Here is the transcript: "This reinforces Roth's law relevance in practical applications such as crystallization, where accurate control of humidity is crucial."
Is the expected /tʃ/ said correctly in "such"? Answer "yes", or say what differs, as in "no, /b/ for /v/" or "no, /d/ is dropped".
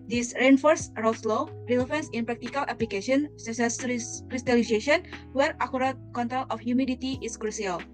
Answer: no, /s/ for /tʃ/